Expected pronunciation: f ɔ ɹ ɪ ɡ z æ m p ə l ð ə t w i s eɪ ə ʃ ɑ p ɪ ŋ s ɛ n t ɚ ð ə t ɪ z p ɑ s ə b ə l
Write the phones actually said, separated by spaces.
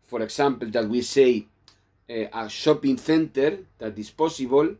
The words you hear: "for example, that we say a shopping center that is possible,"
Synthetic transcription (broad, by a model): f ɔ ɹ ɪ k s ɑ m p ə l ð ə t w i s eɪ ə ʃ ɑ p ɪ ŋ θ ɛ n t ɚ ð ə t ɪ s p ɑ s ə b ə l